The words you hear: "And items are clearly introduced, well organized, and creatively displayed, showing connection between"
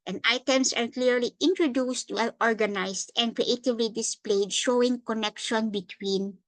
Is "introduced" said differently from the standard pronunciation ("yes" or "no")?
no